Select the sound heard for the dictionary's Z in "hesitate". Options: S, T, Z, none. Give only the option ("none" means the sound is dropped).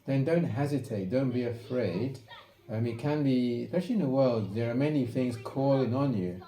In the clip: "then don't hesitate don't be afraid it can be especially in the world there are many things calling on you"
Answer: Z